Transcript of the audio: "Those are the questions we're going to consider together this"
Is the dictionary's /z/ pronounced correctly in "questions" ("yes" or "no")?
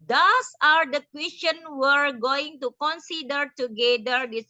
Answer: no